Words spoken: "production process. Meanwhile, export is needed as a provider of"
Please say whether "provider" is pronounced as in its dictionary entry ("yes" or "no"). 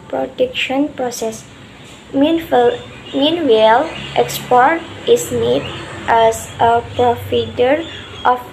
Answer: no